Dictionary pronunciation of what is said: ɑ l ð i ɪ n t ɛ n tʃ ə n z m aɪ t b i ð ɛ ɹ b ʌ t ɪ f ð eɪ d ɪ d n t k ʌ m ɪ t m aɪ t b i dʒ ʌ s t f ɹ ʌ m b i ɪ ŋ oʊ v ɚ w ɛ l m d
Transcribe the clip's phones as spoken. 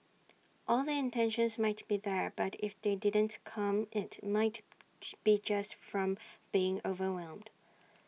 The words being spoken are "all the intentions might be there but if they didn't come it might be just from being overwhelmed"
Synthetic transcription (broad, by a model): ɑ l ð i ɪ n t ɛ n ʃ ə n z m aɪ t b i ð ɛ ɹ b ʌ t ɪ f ð eɪ d ɪ d n t k ʌ m ɪ t m aɪ t b i dʒ ʌ s t f ɹ ʌ m b i ɪ ŋ oʊ v ɚ w ɛ l m d